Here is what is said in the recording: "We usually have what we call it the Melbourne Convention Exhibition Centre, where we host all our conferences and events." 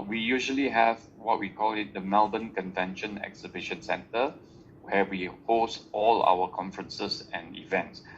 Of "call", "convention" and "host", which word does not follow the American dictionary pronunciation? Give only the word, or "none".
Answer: none